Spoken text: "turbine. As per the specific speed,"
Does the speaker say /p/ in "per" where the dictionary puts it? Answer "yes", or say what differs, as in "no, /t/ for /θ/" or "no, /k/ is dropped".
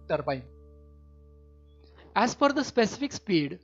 no, /f/ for /p/